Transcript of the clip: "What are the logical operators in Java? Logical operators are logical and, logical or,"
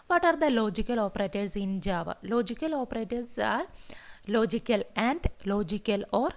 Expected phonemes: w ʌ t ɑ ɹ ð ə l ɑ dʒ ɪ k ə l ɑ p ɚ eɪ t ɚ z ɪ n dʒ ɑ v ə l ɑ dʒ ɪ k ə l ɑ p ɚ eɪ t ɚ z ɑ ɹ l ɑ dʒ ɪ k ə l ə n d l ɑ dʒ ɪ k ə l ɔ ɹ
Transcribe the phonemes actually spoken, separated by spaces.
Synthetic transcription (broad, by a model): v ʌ t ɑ ɹ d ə l ɑ dʒ ɪ k ə l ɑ p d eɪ t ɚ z ɪ n dʒ ɑ v ə l ɑ dʒ ɪ k ə l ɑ p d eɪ t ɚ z ɑ ɹ l ɑ dʒ ɪ k ə l ə n d l ɑ dʒ ɪ k ə l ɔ ɹ